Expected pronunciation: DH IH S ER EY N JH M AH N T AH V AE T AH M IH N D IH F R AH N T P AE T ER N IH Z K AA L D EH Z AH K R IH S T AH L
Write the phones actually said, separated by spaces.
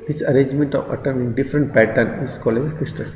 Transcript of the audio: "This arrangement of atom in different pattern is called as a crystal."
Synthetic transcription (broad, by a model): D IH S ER EY N JH M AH N T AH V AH T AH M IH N D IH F R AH N T P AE T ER N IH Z K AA L EH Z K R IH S T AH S